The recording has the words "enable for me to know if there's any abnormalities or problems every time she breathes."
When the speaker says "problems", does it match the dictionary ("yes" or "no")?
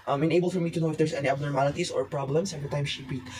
no